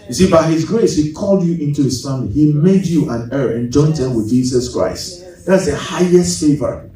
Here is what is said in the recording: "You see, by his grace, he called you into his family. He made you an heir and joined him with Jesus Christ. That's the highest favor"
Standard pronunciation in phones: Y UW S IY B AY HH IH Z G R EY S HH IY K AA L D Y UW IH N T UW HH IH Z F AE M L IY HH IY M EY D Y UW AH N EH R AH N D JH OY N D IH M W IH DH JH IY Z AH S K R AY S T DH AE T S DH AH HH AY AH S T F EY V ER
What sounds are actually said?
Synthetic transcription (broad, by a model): Y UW S IY B AY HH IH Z G R EY S HH IY K AA L D Y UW IH N T UW HH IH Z F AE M L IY HH IY M EY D Y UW AH N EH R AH N JH OY N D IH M W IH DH JH IY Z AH S K R AY S T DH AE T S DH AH HH AY AH S T F EY V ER